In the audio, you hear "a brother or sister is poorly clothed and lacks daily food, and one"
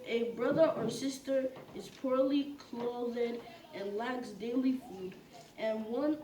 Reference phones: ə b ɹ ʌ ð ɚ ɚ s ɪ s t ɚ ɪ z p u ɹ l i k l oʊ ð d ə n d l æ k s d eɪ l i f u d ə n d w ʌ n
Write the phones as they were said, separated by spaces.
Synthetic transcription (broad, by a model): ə b ɹ ʌ ð ɚ ɚ s ɪ s t ɚ ɪ z p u ɹ l i k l oʊ ð d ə n l æ k s d eɪ l i f u d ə n w ʌ n